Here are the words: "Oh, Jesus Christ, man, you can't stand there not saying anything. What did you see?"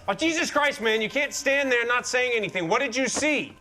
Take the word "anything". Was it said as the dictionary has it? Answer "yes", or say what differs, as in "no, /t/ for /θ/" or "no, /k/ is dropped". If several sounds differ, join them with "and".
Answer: yes